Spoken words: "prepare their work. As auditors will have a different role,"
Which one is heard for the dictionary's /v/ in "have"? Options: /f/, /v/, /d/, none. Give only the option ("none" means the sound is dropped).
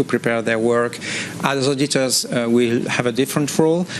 /v/